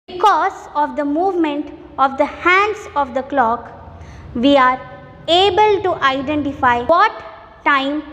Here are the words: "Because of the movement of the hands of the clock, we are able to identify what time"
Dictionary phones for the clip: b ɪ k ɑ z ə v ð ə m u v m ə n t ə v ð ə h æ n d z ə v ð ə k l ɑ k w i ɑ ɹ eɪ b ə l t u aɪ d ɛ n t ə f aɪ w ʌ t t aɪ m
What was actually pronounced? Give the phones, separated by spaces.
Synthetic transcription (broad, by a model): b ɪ k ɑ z ə v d ə m u v m ə n t ə v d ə h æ n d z ə v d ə k l ɑ k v i ɑ ɹ eɪ b ə l t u aɪ d ɛ n t ə f aɪ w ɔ t t aɪ m